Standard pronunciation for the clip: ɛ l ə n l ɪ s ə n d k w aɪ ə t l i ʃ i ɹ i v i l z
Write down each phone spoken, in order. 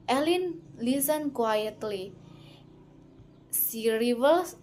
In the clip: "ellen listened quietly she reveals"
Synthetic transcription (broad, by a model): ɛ l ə n l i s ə n k w aɪ ə t l i s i ɹ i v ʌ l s